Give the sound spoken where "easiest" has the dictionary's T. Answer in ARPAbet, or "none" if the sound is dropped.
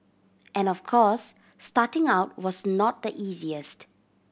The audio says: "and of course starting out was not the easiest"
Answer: T